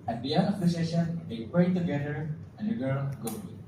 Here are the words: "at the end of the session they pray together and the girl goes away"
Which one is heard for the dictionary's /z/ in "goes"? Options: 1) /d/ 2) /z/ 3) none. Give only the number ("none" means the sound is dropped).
3